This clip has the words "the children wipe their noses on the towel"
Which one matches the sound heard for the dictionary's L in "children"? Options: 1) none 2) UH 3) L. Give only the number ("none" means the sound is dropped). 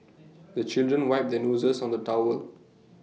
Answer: 3